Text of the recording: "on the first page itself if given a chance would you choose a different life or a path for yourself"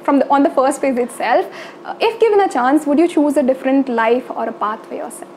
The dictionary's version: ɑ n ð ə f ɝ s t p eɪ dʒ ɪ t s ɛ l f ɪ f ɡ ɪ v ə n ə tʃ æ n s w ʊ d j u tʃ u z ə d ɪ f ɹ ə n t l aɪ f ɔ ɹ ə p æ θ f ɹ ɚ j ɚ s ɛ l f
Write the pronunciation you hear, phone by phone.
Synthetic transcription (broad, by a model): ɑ n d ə f ɝ s t f eɪ z ɪ t s ɛ l f ɪ f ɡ ɪ v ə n ə tʃ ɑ n s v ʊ d j u tʃ u z ə d ɪ f ɹ ə n t l aɪ f ɔ ɹ ə p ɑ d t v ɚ j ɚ s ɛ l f